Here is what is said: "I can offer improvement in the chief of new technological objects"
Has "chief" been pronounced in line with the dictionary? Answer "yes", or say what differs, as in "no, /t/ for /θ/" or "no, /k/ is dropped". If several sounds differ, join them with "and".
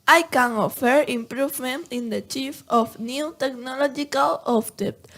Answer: yes